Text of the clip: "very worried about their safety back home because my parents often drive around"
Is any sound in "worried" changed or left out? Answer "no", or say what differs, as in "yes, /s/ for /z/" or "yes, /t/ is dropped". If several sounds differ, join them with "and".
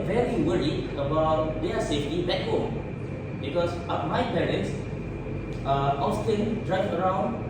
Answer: yes, /d/ is dropped